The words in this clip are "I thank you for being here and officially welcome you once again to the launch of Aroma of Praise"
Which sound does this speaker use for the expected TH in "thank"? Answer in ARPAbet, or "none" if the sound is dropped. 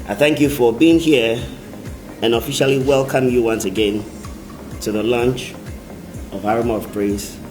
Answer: TH